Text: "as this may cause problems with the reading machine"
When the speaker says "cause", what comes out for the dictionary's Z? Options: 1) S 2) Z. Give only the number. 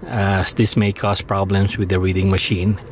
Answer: 1